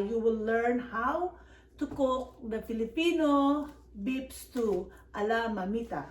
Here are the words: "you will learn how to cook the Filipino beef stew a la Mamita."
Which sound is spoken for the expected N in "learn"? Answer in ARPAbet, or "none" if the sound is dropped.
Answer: N